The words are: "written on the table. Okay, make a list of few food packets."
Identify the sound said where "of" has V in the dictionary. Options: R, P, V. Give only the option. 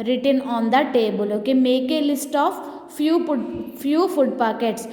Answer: P